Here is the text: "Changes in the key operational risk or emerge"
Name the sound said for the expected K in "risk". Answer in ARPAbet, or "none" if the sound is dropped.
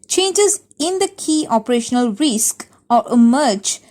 K